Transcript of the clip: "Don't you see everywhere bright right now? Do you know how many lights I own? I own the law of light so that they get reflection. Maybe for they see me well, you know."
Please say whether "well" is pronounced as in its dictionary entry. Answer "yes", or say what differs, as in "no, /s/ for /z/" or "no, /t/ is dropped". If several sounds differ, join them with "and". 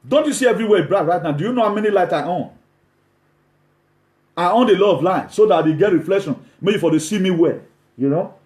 yes